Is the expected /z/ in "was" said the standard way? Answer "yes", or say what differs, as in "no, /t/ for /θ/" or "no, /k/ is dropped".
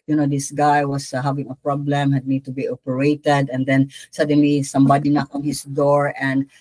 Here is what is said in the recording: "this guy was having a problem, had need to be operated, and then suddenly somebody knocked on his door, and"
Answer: no, /s/ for /z/